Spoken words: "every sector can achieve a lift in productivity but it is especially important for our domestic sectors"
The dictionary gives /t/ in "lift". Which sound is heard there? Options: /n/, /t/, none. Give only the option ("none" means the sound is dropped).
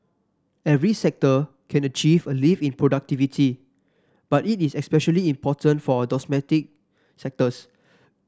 none